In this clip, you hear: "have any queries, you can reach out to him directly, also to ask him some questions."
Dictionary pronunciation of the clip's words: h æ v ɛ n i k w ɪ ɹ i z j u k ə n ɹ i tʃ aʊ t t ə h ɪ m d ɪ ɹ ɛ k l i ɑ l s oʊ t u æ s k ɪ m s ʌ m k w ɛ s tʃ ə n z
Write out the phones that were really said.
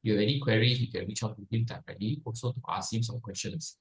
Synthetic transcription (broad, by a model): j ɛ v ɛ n i k w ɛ ɹ i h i k ə n ɹ i tʃ aʊ t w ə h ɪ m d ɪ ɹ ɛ l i ɑ l s oʊ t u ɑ s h ɪ m s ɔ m k w ɛ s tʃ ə n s